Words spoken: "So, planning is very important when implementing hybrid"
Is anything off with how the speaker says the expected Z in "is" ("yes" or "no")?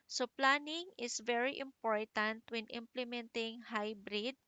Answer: yes